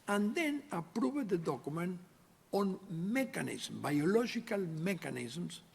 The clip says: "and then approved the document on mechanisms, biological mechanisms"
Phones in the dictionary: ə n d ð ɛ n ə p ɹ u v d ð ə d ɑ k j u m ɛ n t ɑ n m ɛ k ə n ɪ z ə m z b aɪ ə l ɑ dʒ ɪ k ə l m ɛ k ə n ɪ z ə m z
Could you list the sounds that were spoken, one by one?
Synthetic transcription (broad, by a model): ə n d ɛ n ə p ɹ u b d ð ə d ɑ k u m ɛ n ɑ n m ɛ k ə n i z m b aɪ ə l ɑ ʒ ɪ k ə l m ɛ k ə n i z m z